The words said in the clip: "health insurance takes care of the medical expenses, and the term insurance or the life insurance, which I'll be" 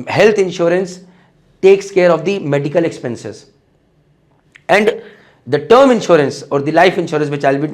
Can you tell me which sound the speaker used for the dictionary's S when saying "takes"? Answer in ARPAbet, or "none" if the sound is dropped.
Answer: S